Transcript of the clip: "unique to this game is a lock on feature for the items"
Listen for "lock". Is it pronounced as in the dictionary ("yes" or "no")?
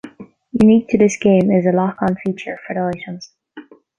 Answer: yes